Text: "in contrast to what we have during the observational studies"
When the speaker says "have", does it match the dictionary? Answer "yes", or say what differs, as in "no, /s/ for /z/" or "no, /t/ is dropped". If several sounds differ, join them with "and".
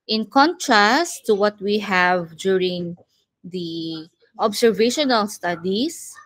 yes